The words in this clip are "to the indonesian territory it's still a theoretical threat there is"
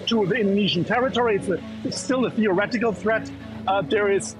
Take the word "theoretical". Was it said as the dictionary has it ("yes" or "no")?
yes